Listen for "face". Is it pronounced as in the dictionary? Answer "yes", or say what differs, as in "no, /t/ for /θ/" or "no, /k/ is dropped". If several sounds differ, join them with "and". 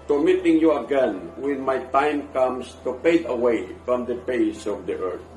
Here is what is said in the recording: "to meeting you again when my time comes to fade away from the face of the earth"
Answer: no, /p/ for /f/